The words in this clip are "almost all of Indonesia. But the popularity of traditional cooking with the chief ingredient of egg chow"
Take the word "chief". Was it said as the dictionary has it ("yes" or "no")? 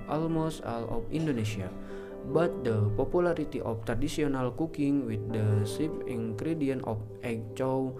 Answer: no